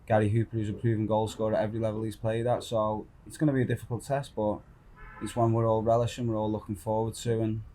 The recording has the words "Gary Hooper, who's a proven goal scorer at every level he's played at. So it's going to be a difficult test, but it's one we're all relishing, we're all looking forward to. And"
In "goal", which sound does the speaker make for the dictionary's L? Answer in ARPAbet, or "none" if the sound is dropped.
L